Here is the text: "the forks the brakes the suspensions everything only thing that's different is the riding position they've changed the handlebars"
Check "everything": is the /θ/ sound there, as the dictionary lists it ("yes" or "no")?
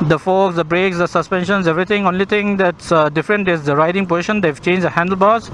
no